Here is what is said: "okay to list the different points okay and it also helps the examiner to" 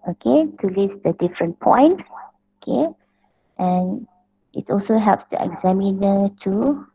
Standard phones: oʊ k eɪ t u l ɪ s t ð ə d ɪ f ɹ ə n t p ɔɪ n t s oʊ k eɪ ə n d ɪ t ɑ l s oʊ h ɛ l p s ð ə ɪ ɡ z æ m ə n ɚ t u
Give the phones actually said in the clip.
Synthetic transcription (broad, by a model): oʊ k eɪ t u l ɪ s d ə d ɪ f ɹ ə n p ɔɪ n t oʊ k eɪ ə n ɪ t ɑ l s oʊ h ɛ l p s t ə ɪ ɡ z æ m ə n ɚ t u